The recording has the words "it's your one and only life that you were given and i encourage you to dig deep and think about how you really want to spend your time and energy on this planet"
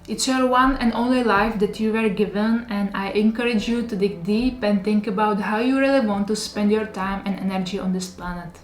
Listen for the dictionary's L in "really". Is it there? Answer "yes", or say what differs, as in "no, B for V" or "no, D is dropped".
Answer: yes